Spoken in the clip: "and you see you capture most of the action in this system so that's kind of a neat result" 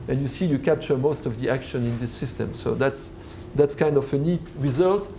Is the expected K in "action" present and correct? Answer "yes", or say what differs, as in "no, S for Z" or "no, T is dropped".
yes